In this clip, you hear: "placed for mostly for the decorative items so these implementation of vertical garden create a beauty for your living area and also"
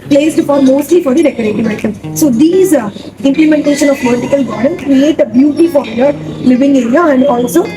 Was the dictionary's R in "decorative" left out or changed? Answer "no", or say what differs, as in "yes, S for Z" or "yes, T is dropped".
yes, R is dropped